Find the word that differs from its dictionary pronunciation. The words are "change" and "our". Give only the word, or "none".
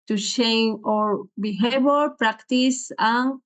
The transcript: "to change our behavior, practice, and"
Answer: change